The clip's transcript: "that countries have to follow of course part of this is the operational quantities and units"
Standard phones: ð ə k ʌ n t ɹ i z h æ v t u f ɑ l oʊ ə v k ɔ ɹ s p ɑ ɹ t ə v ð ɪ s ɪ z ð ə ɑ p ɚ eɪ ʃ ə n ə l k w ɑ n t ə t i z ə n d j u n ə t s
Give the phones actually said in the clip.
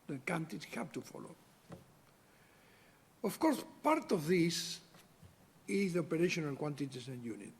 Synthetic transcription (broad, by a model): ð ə k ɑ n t i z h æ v t u f ɑ l oʊ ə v k ɔ ɹ s p ɑ ɹ t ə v ð ɪ s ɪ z ð ə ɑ p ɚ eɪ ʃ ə n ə l k w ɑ n t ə t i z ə n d j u n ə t